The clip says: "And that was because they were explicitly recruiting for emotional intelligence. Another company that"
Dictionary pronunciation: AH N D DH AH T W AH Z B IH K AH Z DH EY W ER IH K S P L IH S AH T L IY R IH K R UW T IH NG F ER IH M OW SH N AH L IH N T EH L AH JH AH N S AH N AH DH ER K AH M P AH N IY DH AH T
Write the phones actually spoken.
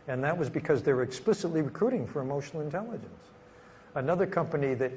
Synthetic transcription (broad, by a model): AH N DH AH T W AH Z B IH K AH Z DH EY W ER IH K S P L IH S AH T L IY R IH K R UW T IH NG F ER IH M OW SH N L IH N T EH L AH JH AH N S AH N AH DH ER K AH M P AH N IY DH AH T